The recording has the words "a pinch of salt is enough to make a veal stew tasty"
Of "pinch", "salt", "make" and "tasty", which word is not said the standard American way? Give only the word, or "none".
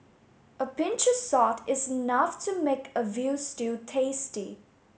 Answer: salt